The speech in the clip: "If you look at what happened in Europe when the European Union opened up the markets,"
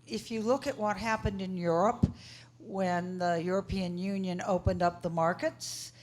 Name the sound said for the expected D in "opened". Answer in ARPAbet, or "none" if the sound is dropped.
D